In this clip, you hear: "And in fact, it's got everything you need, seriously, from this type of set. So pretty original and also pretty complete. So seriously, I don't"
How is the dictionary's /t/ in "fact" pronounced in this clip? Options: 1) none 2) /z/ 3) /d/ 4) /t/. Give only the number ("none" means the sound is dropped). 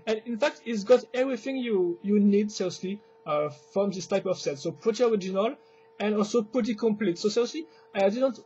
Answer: 4